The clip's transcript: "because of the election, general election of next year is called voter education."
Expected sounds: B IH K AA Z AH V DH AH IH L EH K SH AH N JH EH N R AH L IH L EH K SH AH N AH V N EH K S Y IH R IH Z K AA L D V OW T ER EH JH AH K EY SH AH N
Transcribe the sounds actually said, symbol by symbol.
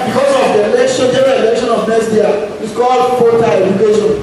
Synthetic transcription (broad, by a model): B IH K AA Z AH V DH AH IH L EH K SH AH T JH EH R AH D IH L EH K SH AH N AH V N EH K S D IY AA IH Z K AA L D F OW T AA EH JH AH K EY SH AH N